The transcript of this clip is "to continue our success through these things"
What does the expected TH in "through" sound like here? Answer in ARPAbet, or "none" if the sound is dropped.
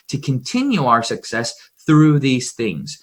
TH